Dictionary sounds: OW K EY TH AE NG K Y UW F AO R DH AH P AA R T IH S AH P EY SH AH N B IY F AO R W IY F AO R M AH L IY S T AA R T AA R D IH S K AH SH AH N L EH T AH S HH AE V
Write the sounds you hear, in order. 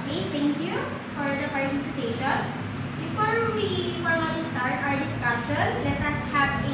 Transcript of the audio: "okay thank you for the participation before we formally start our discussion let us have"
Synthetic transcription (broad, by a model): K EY T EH NG K Y UW F AO R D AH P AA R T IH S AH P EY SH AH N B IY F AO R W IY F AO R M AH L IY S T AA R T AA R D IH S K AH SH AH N L EH T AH S HH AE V